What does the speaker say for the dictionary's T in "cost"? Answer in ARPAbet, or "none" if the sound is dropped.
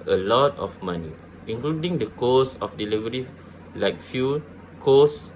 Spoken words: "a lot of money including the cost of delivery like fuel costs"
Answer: none